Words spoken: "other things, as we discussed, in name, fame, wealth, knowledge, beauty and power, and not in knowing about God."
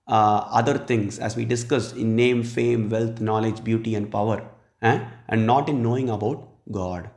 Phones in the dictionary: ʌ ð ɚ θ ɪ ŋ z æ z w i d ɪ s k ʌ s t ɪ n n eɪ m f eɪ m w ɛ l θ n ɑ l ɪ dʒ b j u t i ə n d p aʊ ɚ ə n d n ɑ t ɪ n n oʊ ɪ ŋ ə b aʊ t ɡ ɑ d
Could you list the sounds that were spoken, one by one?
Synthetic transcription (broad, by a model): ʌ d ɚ t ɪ ŋ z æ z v i d ɪ s k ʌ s ɪ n n eɪ m f eɪ m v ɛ l t n ɑ l ɪ dʒ b j u t i ə n d p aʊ ɚ ə n d n ɑ t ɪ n n oʊ ɪ ŋ ə b aʊ t ɡ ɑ d